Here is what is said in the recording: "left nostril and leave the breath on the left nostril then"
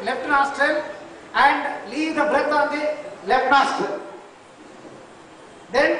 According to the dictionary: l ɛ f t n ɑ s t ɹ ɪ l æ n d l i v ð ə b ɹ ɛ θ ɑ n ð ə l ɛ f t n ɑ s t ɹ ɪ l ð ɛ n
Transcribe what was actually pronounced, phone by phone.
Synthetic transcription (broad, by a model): l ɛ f t n ɑ s t ɹ ɪ l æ n d l i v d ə b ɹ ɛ t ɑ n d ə l ɛ f t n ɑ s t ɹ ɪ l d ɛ n